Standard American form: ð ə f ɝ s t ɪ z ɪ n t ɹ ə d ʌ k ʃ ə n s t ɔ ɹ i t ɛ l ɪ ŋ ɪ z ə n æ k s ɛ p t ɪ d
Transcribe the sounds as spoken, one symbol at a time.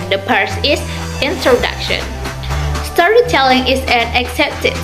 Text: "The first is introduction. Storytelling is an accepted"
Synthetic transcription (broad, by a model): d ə p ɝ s ɪ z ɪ n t ɹ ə d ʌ k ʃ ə n s t ɔ ɹ i t ɛ l ɪ ŋ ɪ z ə n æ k s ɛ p t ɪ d